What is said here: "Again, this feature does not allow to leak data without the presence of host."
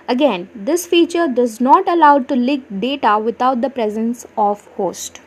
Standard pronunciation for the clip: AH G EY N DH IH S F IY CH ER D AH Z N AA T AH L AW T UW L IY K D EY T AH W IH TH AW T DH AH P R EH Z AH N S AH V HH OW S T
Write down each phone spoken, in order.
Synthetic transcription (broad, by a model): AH G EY N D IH S F IY CH ER D AH Z N AA T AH L AW T UW L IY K D EY T AH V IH T AW T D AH P R EH Z AH N S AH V HH OW S T